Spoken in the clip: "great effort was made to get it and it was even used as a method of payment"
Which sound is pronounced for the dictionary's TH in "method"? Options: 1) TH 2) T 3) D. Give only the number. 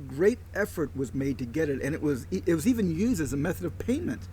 1